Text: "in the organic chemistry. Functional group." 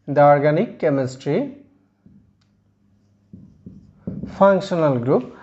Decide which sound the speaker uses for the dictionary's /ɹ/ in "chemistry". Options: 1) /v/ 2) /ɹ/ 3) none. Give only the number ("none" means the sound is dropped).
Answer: 2